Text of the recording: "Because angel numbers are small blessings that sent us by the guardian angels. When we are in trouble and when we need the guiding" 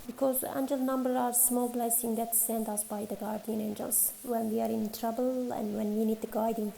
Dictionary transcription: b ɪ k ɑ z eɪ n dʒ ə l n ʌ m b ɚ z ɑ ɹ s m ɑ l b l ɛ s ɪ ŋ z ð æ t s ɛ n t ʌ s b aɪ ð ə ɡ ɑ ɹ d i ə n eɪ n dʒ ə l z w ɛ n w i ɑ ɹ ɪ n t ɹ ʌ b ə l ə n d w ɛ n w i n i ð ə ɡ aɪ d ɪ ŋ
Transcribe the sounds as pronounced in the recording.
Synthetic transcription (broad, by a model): b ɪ k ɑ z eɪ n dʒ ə l n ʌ m b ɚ ɑ ɹ s m ɑ l b l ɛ s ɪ ŋ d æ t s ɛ n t ʌ s b aɪ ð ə ɡ ɑ ɹ d i ə n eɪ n dʒ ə l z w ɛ n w i ɑ ɹ ɪ n t ɹ ʌ b ə l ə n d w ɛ n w i n i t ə ɡ aɪ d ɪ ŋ